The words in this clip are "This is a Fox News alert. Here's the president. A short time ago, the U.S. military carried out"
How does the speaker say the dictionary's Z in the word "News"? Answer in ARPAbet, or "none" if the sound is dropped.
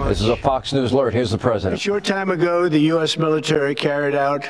Z